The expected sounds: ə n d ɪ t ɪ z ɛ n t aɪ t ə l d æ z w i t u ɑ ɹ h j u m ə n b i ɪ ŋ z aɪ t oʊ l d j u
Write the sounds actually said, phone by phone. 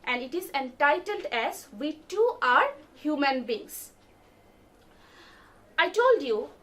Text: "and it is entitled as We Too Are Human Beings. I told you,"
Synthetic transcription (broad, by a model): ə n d ɪ t ɪ z ɛ n t aɪ t ə l d æ z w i t u ɑ ɹ h j u m ə n b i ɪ ŋ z aɪ t oʊ l d j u